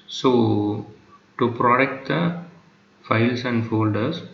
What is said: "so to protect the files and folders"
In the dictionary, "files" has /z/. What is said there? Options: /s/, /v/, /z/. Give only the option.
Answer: /s/